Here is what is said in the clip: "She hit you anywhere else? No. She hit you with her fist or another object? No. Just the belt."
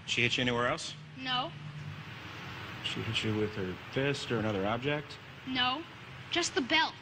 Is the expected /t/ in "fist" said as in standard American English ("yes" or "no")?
yes